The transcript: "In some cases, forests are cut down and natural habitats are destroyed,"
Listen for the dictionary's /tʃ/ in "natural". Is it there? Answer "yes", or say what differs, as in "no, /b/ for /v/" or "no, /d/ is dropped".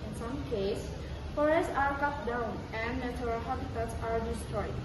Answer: no, /tʃ/ is dropped